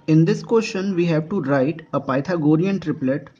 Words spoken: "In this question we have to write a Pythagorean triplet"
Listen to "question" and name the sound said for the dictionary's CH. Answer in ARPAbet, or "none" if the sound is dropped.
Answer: SH